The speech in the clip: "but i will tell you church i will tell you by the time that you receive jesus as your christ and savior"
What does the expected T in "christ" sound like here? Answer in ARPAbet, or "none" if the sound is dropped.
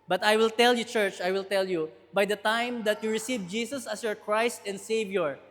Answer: T